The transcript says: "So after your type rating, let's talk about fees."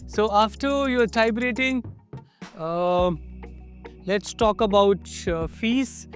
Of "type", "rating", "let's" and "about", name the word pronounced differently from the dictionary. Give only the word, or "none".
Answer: type